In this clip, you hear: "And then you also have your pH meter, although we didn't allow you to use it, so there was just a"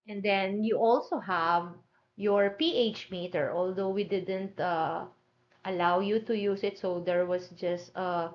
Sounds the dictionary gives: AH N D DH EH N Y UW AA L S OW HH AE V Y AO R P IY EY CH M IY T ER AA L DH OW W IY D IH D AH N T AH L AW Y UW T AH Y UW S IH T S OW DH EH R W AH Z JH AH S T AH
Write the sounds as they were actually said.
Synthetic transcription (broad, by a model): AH N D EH N Y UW AA L S OW HH AE V Y AO R P IY EY CH M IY T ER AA L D OW W IY D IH D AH N T AH L AW Y UW T AH Y UW S IH T S OW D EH R W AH S JH AH S T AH